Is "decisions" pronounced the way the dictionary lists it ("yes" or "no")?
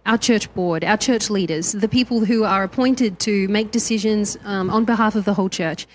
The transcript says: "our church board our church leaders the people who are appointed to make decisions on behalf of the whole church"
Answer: yes